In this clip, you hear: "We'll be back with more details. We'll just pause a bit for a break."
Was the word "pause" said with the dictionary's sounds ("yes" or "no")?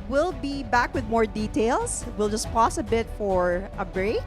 no